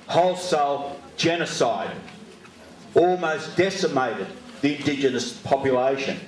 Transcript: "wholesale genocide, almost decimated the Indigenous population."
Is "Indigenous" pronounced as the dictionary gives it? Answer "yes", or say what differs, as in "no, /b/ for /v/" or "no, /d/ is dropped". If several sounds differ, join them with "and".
yes